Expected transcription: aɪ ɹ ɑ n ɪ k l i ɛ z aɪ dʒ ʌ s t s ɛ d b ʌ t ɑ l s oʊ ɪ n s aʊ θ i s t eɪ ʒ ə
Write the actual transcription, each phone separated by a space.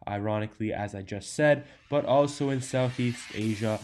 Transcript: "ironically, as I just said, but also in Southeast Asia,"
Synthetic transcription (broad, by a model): aɪ ɹ ɑ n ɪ k l i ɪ z aɪ dʒ ʌ s t s ɛ d b ʌ t ɑ l s oʊ ɪ n s aʊ θ i s t eɪ ʒ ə